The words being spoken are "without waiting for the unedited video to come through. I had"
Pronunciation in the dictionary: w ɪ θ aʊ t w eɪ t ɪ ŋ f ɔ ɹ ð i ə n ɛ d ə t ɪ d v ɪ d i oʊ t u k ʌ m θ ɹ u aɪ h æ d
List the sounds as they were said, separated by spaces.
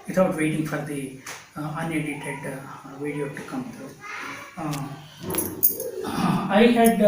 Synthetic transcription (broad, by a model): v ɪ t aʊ t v eɪ t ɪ ŋ f ɔ ɹ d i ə n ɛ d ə t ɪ d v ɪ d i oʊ t u k ʌ m t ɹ aɪ h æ d